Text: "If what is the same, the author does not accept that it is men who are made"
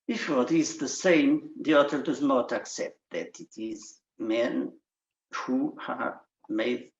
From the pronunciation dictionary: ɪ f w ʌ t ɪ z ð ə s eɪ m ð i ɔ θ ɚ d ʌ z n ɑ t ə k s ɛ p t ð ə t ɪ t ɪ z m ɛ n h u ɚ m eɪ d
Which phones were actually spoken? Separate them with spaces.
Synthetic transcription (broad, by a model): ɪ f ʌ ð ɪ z ð ə s eɪ m ð i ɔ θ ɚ d ʌ z n ɑ t ə k s ɛ p t ð ə t ɪ t ɪ z m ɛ n h u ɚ m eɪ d